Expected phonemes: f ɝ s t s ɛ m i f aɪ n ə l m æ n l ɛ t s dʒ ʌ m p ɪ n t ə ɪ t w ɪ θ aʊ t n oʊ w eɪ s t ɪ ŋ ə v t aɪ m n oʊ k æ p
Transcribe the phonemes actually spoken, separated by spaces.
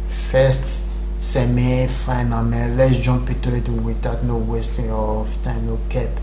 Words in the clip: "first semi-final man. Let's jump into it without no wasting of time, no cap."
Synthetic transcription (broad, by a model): f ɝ s t s ɛ m i f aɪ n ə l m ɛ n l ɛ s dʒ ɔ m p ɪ t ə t w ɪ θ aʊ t n oʊ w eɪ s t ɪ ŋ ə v t aɪ m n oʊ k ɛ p